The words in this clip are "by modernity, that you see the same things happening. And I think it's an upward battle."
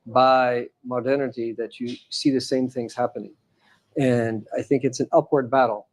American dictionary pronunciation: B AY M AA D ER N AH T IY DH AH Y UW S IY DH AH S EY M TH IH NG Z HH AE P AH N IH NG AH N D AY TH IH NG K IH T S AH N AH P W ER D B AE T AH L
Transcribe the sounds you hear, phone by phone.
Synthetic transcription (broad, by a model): B AY M AA D ER N AH T IY DH AH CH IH S IY DH AH S EY M TH IH NG Z HH AE P AH N IH NG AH N AY TH IH NG K IH T S N AH P W ER D B AE T L